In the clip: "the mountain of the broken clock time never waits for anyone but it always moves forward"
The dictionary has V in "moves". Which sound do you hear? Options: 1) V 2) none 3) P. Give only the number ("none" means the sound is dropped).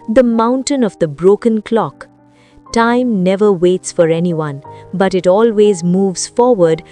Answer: 1